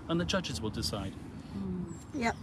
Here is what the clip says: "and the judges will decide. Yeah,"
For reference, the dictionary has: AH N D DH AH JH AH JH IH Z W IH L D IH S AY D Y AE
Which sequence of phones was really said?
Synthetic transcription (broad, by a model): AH N DH AH JH AH JH IH Z W IH L D IH S AY D Y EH